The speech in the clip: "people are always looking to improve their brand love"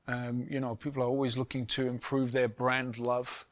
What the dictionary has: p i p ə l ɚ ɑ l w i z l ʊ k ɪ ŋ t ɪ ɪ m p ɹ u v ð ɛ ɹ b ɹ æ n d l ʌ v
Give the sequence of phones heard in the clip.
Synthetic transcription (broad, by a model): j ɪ p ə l ɚ ɑ l w i z l ʊ k ɪ ŋ t ɪ ɪ m p ɹ u v ð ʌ ɹ b ɹ æ n d l ʌ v